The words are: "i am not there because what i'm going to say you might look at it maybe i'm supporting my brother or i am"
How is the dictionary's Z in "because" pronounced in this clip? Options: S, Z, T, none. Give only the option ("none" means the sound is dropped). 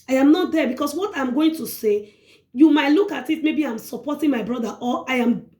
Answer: S